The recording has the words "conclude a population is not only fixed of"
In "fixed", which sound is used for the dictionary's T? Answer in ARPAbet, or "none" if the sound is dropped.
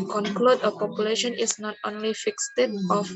T